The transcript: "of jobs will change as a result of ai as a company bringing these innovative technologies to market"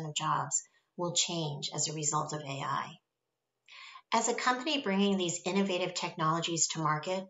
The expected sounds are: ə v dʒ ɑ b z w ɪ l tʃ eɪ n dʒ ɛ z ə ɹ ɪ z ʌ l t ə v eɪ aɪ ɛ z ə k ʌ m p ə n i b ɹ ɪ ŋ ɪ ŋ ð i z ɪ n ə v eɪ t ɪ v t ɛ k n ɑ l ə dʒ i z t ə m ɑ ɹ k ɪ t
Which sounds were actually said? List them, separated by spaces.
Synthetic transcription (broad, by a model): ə v dʒ ɑ b z w ɪ l tʃ eɪ n dʒ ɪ z ə ɹ ɪ z ʌ l t ə v eɪ aɪ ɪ z ə k ʌ m p ə n i b ɹ ɪ ŋ ɪ ŋ ð i z ɪ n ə v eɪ t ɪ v t ɛ k n ɑ l ə dʒ i z t ə m ɑ ɹ k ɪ t